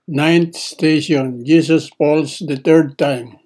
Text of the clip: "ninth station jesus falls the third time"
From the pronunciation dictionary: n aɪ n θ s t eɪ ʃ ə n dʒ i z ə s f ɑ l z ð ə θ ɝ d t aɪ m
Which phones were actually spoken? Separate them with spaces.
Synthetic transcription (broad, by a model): n aɪ n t s t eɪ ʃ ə n dʒ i s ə s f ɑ l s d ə t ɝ d t aɪ m